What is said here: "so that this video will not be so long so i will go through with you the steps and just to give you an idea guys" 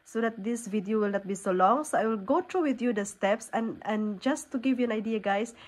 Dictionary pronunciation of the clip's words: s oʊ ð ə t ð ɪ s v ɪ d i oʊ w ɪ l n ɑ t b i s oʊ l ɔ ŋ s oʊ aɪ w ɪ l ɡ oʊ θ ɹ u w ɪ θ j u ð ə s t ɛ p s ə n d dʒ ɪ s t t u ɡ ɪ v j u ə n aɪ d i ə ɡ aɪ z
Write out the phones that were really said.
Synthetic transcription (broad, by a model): s oʊ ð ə t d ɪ s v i d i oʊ w ɪ l n ɑ t b i s oʊ l ɔ ŋ s oʊ aɪ w ɪ l ɡ oʊ t ɹ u w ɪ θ j u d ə s t ɛ p s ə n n dʒ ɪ s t t u ɡ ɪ v j u ə n aɪ d i ə ɡ aɪ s